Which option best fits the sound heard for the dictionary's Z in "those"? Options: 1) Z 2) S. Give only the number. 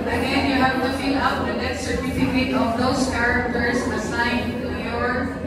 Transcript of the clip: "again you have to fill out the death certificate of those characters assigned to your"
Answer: 2